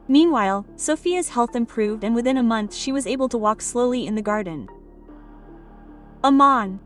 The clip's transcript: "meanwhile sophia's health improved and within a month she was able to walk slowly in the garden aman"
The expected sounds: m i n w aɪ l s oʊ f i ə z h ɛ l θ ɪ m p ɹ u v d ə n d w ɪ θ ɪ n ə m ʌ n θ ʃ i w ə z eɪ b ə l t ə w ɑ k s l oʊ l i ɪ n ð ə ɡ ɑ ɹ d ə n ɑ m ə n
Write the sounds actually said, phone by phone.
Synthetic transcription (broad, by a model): m i n w aɪ l s oʊ f i ə z h ɛ l θ ɪ m p ɹ u v d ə n w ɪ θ ɪ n ə m ʌ n θ ʃ i w ə z eɪ b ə l t ə w ɑ k s l oʊ l i ɪ n ð ə ɡ ɑ ɹ d n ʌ m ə n